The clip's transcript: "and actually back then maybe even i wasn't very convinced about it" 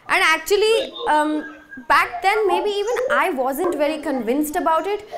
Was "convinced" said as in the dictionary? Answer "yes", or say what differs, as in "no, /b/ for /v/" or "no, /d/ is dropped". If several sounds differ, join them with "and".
yes